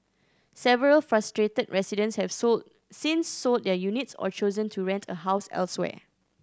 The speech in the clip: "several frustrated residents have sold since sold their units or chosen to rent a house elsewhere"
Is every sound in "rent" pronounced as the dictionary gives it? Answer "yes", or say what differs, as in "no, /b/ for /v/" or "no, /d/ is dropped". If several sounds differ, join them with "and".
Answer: yes